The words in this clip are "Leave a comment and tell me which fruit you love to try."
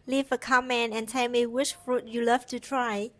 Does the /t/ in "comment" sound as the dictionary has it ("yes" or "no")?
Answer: no